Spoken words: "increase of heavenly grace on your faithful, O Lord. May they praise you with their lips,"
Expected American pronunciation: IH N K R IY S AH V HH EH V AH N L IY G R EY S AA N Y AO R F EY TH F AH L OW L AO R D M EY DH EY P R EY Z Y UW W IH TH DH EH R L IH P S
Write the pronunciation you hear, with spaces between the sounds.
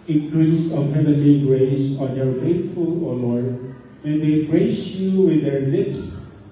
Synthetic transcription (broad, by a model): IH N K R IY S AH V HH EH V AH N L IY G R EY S AA N Y AO R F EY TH F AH L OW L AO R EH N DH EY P R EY S Y UW W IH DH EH R L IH P S